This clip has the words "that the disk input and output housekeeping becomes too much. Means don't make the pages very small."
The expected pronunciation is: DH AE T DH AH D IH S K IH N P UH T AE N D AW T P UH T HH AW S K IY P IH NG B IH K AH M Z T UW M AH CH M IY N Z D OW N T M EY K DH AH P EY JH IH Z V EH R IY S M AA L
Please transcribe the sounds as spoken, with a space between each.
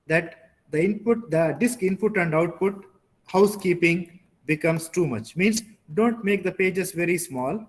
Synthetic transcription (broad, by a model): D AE T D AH D IH S K IH N P UH T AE N D AW T P UH T HH AW S K IY P IH NG B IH K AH M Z T UW M AH CH M IY N S D OW N T M EY K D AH P EY JH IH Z V EH R IY S M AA L